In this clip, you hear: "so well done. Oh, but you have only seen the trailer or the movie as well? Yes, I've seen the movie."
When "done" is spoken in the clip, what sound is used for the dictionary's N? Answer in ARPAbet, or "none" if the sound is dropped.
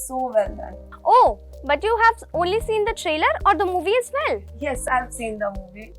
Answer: none